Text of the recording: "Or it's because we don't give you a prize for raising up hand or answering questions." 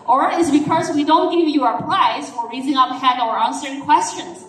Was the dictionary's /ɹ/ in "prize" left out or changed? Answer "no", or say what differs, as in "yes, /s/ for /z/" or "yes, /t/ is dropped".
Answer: yes, /l/ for /ɹ/